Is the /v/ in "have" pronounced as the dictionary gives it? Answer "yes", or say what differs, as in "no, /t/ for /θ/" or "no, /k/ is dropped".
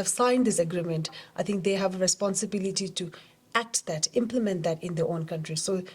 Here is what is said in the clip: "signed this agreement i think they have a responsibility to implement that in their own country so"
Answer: yes